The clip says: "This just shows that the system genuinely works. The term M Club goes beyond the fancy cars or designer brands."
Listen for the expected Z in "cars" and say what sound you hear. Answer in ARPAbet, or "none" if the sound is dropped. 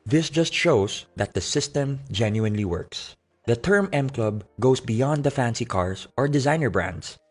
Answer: S